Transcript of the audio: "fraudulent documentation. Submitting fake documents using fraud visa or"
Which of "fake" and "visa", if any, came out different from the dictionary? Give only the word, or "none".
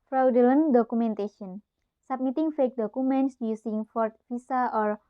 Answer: visa